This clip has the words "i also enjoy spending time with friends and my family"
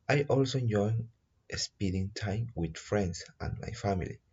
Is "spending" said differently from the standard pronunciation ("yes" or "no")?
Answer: yes